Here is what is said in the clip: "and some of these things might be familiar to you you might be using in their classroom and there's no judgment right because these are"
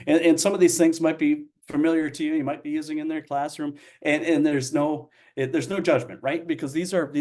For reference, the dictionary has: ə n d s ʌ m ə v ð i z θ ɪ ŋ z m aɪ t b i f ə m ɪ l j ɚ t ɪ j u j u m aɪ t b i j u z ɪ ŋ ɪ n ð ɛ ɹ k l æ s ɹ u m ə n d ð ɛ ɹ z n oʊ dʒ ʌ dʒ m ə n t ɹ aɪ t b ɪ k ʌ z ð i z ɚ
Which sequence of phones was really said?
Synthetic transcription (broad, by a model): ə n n s ʌ m ə v ð i z θ ɪ ŋ z m aɪ t b i f ə m ɪ l j ɚ t ɪ j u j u m aɪ t b i j u z ɪ ŋ ɪ n ð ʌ ɹ k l æ s ɹ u m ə n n ð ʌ ɹ z n oʊ dʒ ʌ dʒ m ə n t ɹ aɪ t b ɪ k ʌ z ð i z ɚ